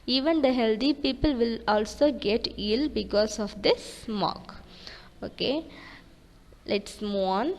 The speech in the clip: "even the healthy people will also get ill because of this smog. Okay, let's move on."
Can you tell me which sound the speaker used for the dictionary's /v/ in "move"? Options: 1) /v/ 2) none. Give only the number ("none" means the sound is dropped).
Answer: 2